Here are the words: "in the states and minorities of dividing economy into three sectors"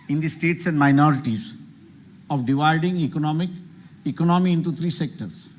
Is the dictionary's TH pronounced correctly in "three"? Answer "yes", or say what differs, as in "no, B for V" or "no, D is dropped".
no, T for TH